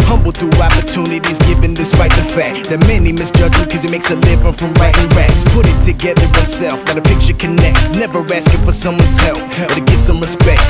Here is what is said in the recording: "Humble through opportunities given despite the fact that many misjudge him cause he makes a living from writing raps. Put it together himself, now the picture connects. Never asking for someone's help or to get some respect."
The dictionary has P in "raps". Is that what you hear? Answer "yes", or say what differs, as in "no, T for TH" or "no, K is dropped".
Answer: no, P is dropped